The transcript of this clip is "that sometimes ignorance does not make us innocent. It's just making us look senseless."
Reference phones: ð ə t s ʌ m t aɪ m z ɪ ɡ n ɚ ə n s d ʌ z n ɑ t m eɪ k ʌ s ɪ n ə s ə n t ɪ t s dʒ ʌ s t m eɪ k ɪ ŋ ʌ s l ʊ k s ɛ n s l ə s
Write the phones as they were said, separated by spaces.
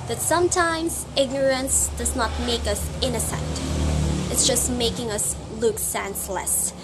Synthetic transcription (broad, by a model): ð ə t s ʌ m t aɪ m z ɪ ɡ n ɚ ə n s d ʌ z n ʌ t m eɪ k ʌ s ɪ n ə s ə n t ɪ t s dʒ ʌ s t m eɪ k ɪ ŋ ʌ s l ʊ k s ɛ n s l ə s